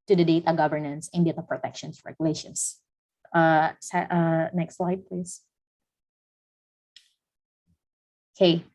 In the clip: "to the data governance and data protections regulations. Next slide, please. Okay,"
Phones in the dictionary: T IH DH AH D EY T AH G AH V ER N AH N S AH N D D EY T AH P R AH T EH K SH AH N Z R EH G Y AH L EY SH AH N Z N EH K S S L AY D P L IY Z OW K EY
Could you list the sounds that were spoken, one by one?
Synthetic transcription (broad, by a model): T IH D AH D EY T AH G AH V ER N AH N S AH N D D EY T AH P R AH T EH K SH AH N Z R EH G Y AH L EY SH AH N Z N EH K S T L AY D P L IY Z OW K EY